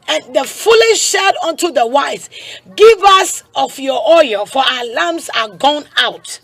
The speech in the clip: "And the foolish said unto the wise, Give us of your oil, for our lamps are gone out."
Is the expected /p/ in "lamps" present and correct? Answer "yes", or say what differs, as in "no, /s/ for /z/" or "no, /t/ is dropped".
no, /p/ is dropped